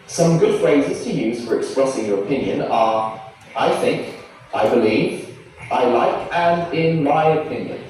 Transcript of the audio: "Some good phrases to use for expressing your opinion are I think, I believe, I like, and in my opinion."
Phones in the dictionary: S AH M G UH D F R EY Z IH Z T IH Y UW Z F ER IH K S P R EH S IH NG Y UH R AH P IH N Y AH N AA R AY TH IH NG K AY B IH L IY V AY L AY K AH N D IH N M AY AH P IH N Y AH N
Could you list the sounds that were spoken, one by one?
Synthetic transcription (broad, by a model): S AH M G UH D F R EY Z IH Z T IH Y UW Z F ER IH K S P R EH S IH NG Y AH R AH P IH N Y AH N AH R AY TH IH NG K AY B IH L IY V AY L AY K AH N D IH N M AY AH P IH N Y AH N